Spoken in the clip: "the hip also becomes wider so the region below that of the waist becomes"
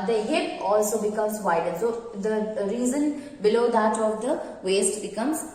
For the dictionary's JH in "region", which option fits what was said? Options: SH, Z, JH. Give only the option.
Z